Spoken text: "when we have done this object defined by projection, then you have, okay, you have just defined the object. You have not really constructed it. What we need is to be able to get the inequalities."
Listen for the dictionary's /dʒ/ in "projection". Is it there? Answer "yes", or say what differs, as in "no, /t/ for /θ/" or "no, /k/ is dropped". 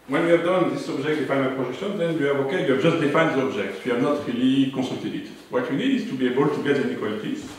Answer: no, /ʒ/ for /dʒ/